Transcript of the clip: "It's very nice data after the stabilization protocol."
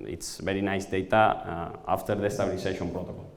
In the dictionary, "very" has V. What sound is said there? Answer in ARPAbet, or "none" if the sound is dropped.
B